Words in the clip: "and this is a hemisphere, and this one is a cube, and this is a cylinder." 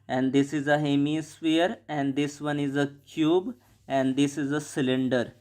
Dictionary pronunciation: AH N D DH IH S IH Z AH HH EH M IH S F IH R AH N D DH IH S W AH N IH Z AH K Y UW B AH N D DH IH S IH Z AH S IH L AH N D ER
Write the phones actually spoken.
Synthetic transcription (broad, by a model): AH N D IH S IH Z AH HH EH M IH S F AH R AH N D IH S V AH N IH Z AH K Y UW B AH N D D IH S IH Z AH S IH L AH N D ER